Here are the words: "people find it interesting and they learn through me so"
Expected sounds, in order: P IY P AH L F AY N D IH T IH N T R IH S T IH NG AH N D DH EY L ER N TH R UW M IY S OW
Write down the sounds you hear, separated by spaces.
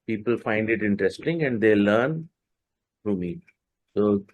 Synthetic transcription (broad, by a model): P IY P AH L F AY N D IH T IH N T R IH S T IH NG AH N D EY L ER N F R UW M IY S OW